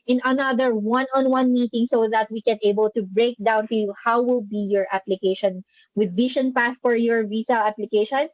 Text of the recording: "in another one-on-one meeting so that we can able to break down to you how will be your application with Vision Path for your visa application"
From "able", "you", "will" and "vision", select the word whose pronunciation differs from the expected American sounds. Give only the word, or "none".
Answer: vision